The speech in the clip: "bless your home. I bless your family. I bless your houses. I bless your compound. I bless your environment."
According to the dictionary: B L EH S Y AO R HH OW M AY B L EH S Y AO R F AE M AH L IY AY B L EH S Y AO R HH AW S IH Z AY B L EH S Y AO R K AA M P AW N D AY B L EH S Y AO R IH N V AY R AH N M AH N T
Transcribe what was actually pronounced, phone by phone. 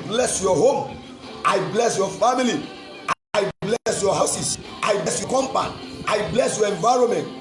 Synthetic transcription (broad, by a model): B L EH S Y AO HH OW M AY B L EH S Y AO F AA M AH L IY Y B L EH S Y AO HH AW S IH S AY B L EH S Y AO K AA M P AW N AY B L EH S Y AO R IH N V AY R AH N M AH N T